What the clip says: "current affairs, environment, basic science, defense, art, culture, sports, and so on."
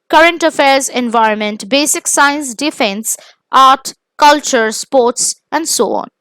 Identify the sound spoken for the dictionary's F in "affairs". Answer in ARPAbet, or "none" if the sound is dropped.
F